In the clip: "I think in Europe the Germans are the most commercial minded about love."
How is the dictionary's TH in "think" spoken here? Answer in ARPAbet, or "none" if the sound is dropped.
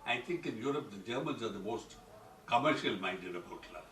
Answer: T